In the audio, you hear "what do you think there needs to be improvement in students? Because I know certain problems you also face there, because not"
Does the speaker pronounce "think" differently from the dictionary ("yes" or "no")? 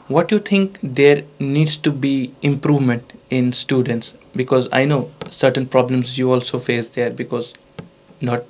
yes